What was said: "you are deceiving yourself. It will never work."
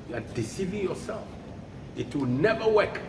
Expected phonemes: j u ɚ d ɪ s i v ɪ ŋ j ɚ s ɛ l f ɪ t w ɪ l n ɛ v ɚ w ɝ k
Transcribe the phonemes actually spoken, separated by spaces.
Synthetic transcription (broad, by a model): j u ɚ d ɪ s i v ɪ ŋ j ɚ s ɛ l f ɪ t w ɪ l n ɛ v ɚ w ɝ k